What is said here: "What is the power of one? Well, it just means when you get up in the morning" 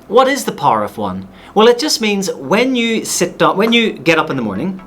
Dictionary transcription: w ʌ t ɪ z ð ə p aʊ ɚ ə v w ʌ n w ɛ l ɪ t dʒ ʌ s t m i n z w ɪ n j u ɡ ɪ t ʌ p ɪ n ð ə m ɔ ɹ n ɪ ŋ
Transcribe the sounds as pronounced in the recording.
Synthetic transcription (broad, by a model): w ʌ t ɪ z ð ə p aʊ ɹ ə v w ʌ n w ɛ l ɪ t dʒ ʌ s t m i n z w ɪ n j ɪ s ɪ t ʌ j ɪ n ð ə m ɔ ɹ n ɪ ŋ